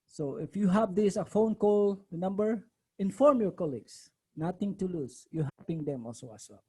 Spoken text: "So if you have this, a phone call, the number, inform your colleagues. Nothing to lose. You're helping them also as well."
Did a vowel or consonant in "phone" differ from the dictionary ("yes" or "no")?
no